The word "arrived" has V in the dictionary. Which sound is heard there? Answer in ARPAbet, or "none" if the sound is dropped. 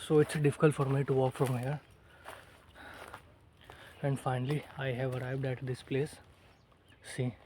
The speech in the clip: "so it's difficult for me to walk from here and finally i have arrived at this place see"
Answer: V